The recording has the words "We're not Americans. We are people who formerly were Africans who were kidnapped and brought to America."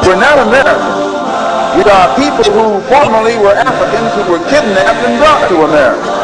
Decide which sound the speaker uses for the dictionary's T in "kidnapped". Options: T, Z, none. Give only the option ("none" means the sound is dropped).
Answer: none